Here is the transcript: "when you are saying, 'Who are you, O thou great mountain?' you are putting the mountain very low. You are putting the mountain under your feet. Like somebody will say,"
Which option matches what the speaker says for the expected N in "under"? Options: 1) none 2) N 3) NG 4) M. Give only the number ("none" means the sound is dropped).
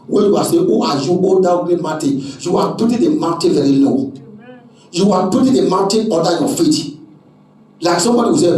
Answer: 1